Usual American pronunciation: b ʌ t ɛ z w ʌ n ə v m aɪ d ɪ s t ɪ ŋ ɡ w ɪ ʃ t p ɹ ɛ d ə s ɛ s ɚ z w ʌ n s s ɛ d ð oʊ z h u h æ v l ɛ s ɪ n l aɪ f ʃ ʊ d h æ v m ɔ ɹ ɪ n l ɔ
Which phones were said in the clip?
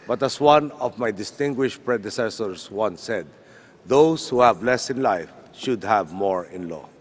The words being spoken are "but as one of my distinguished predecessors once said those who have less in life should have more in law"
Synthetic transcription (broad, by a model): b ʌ t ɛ s w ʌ n ə v m aɪ d ɪ s t ɪ ŋ ɡ w ɪ ʃ t p ɹ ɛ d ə s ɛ s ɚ s w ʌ n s s ɛ d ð oʊ s h u h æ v l ɛ s ɪ n l aɪ f ʃ ʊ d h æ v m ɔ ɹ ɪ n l ɔ